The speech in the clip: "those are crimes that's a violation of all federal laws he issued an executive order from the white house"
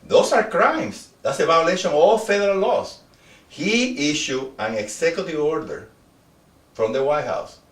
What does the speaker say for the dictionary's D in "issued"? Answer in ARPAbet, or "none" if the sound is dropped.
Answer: none